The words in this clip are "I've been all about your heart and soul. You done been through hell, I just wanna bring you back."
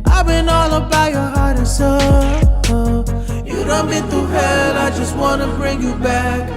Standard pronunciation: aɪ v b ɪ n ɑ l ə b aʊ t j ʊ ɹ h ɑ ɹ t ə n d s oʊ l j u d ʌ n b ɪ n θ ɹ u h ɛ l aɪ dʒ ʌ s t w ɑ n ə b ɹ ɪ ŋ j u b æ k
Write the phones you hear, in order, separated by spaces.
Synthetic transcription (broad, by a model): aɪ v b ɪ n ɑ l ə b aʊ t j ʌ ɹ h ɑ ɹ t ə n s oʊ j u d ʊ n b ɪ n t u h ɛ l aɪ dʒ ʌ s t w ɑ n ə b ɹ ɪ ŋ j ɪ b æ k